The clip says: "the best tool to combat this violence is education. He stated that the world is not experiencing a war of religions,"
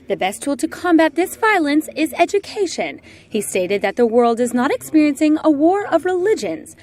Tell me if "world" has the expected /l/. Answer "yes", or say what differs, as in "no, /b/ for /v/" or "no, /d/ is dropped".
yes